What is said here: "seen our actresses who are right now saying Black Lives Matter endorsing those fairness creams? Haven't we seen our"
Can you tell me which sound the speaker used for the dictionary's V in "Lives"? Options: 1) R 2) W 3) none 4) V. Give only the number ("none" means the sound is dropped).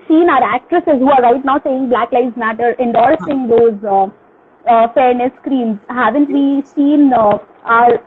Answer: 3